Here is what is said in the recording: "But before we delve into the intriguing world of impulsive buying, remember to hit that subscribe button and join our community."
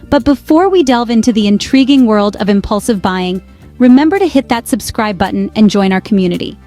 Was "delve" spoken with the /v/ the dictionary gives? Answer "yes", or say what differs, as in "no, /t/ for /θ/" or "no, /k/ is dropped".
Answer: yes